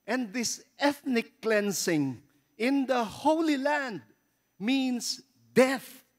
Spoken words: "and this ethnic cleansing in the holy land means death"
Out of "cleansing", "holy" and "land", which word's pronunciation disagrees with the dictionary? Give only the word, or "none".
cleansing